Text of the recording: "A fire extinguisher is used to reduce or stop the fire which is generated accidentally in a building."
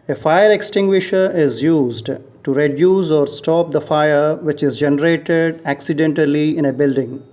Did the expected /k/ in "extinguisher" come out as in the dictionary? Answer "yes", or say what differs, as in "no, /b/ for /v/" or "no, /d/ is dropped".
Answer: yes